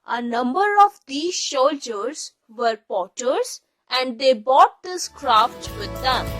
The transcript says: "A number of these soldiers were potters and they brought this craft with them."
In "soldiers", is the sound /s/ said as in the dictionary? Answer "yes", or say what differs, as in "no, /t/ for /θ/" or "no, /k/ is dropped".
no, /ʃ/ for /s/